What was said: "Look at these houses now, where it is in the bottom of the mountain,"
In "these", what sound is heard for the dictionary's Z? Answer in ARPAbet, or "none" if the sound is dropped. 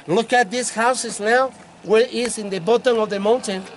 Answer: S